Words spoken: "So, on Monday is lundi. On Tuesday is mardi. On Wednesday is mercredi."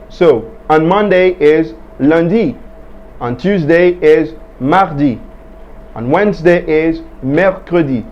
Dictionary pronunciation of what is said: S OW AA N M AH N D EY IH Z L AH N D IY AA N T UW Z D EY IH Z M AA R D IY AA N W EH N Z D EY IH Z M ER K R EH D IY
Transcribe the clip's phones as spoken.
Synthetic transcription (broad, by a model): S OW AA N M AH N D EY IH Z L AH N D IY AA N T UW Z D EY IH Z M AA R D IY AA N W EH N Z D EY IH Z M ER K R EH D IY